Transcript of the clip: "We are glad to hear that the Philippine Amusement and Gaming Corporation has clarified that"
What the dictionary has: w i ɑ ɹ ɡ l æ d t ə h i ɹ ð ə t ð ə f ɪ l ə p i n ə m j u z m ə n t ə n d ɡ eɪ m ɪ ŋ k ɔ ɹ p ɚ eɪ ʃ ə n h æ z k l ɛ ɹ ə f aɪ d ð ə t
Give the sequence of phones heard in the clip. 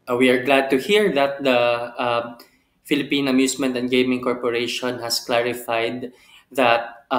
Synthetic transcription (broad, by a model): w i ɑ ɹ ɡ l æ d t ə h i ɹ ð ə t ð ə f ɪ l ə p i n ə m j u s m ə n t ə n d ɡ eɪ m ɪ ŋ k ɔ ɹ p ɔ eɪ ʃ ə n h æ s k l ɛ ɹ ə f aɪ d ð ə t